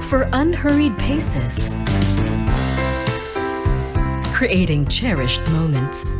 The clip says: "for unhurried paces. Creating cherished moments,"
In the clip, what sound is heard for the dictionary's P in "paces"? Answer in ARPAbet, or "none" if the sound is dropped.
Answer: P